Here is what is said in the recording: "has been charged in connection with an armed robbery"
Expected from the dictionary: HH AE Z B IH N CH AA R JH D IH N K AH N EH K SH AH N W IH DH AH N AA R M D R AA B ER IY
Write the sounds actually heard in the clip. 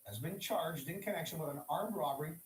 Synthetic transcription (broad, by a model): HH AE Z B IH N CH AA R JH D IH N K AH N EH K SH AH N W IH DH AH N AA R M R AA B ER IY